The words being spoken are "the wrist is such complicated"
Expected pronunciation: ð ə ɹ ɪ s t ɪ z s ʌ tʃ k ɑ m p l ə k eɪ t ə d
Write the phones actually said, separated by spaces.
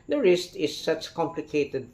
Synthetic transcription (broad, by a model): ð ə ɹ ɪ s t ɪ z s ʌ tʃ k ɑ m p l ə k eɪ t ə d